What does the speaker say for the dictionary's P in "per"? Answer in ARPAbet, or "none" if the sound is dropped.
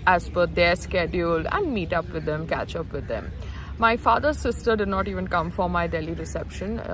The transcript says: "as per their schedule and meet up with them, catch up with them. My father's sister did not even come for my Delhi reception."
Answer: F